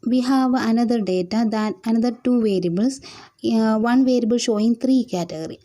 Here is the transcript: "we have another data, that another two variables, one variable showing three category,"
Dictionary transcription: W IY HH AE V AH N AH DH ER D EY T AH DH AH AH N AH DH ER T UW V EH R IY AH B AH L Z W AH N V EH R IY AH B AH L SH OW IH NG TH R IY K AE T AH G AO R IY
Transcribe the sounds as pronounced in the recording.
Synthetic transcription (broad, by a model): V IY HH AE V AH N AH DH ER D EY T AH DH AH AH N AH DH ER T UW V EH R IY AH B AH L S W AH N V EH R IY AH B AH L SH OW IH NG T R IY K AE T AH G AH R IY